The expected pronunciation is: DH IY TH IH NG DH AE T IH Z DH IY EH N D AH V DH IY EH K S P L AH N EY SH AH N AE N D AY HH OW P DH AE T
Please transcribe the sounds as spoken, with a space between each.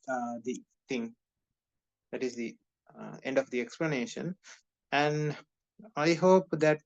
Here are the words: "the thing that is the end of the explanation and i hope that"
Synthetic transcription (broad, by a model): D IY T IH NG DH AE T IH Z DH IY EH N D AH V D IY EH K S P L AH N EY SH AH N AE N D AY HH OW P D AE T